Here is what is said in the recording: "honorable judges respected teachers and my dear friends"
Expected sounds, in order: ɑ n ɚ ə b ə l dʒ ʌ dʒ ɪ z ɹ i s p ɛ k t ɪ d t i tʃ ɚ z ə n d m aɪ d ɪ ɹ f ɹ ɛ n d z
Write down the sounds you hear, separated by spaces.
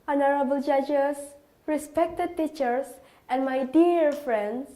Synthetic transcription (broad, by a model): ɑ n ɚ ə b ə l dʒ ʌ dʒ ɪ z ɹ i s p ɛ k t ɪ d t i tʃ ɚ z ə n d m aɪ d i ɹ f ɹ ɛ n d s